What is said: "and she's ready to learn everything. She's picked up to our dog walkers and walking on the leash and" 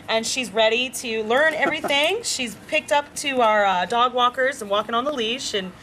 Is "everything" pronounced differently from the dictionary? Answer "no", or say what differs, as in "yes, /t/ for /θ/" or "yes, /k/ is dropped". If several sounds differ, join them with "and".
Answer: no